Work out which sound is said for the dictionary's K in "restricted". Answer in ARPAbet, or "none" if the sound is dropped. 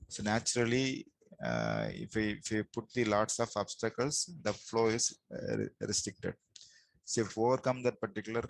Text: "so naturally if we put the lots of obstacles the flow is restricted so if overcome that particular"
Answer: K